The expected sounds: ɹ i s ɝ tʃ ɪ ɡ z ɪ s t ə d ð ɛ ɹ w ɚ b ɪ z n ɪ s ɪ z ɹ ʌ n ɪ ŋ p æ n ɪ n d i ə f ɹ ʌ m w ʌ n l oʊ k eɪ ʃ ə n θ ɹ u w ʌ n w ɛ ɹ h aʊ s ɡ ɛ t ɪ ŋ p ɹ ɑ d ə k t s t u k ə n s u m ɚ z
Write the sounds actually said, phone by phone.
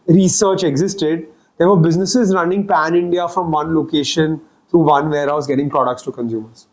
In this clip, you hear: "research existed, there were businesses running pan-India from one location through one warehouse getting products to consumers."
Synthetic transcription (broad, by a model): ɹ i s ɝ tʃ ɪ ɡ z ɪ s t ə d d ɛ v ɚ b ɪ z n ɪ s ɪ z ɹ ʌ n ɪ ŋ p æ n ɪ n d i ə f ɹ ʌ m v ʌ n l oʊ k eɪ ʃ ə n t ɹ u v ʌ n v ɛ ɹ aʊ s ɡ ɛ t ɪ ŋ p ɹ ɑ d ə k t s t u k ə n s u m ɚ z